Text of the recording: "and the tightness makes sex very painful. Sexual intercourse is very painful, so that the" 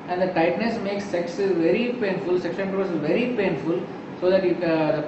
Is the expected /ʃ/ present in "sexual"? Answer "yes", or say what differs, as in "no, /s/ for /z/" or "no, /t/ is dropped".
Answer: no, /s/ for /ʃ/